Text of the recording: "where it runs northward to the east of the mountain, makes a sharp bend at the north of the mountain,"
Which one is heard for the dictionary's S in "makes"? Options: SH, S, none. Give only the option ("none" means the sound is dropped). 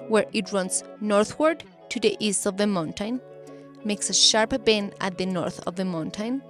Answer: S